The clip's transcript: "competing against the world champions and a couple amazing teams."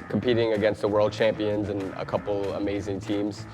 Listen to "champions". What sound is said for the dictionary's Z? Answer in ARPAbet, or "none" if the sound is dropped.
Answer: Z